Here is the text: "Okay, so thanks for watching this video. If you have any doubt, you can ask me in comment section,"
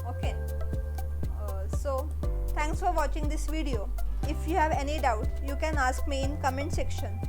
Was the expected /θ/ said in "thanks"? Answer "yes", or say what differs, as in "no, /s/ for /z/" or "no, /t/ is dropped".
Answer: no, /t/ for /θ/